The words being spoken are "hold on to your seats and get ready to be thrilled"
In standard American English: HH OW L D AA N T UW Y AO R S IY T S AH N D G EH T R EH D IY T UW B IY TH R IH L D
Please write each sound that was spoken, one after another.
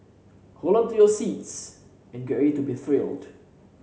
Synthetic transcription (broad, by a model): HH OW L AA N T UW Y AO S IY T S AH N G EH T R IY T UW B IY TH R IH L D